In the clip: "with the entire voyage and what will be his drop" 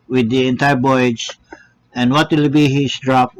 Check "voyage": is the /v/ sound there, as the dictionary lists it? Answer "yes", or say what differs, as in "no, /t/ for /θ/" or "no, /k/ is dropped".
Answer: no, /b/ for /v/